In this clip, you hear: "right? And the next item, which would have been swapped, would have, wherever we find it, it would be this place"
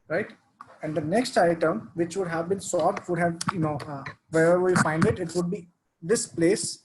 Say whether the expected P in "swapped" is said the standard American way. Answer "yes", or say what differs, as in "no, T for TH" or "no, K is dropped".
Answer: no, P is dropped